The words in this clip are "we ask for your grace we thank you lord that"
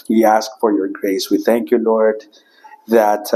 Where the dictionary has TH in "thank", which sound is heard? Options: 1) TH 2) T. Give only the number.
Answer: 1